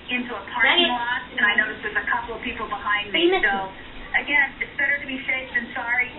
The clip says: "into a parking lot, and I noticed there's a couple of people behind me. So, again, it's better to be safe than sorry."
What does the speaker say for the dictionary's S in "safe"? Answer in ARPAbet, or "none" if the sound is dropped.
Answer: SH